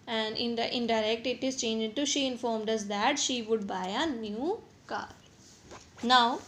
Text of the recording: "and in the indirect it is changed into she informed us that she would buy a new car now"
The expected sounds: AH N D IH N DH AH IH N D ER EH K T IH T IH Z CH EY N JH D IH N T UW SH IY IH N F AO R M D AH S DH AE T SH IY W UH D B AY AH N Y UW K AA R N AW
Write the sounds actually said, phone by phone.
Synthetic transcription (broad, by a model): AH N D IH N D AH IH N D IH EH K T IH T IH Z CH EY N JH IH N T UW SH IY IH N F AO R M D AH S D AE T SH IY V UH D B AY AH N Y UW K AA R N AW